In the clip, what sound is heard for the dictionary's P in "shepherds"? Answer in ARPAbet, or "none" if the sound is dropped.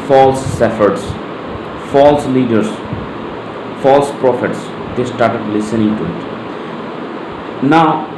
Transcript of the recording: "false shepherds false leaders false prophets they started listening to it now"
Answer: F